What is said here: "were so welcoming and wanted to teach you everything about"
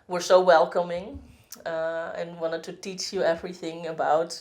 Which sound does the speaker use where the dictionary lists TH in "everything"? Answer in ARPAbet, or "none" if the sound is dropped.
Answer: TH